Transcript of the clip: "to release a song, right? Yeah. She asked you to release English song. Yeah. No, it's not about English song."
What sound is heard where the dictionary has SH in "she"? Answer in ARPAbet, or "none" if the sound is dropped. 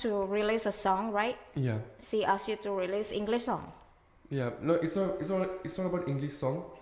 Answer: S